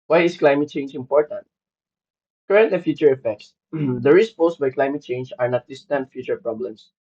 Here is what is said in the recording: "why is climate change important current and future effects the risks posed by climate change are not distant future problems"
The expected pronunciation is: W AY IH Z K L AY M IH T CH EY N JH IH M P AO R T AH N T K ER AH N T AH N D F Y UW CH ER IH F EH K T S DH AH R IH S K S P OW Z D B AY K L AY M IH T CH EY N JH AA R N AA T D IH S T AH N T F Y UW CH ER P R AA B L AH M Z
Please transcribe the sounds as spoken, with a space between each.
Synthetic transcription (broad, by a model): W AY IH S K L AY M IH T CH EY N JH IH M P AO R T AH N T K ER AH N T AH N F Y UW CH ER IH F EH K T S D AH R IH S S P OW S B AY K L AY M IH T CH EY N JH AA R N AA T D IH S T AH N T F Y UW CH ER P R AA B L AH M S